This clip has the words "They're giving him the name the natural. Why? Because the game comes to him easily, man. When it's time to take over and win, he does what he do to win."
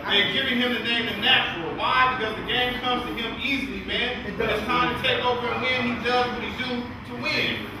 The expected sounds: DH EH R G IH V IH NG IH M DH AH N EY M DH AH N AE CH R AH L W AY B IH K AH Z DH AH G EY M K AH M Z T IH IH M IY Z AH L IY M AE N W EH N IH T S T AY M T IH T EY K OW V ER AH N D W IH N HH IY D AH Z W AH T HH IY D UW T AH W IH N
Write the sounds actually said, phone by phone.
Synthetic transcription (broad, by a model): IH G IH V IH NG IH M DH AH N EY M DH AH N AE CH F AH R W AY B IH K AH Z DH AH G EY M K AH M Z T IH IH M IY Z L IY M AE N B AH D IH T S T AY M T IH T EY K OW V ER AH W IH N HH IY D AH Z W AH T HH IY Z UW T AH W IH N